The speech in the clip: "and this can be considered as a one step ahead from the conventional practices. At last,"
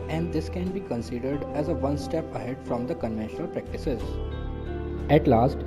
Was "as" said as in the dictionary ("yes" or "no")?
yes